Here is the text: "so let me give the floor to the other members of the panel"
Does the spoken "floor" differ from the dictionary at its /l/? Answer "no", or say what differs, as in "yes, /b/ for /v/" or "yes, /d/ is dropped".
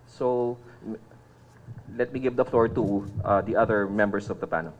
no